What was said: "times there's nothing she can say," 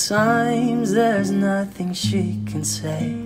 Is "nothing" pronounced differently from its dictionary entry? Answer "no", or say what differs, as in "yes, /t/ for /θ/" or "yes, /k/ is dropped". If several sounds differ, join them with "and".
no